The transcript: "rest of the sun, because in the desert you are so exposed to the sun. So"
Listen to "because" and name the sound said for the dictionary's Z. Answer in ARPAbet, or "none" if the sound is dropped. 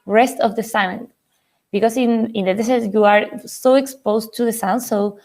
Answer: S